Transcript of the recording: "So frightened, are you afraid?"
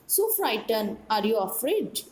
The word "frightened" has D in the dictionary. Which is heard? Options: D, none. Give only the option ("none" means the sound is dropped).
none